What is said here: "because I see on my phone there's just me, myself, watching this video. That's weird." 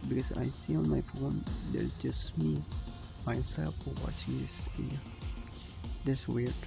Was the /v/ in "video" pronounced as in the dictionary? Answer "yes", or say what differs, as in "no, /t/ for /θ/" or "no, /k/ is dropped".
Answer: no, /p/ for /v/